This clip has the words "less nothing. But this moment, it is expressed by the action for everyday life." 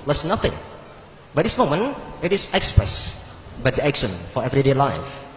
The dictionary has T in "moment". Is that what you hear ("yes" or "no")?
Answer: no